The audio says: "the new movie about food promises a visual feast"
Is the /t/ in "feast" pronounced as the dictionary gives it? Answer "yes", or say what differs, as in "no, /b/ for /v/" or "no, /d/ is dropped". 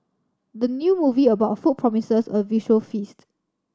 yes